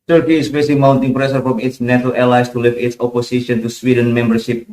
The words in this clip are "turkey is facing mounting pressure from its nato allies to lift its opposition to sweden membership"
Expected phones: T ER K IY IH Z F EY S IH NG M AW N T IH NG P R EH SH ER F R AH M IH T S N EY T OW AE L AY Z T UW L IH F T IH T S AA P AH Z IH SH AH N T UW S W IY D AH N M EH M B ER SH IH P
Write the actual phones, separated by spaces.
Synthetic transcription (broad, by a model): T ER K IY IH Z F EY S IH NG M AW N T IH NG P R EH S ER F R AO M IH T S N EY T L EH L AY S T UW L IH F IH T S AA P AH S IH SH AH N T UW S W IY D AH N M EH M B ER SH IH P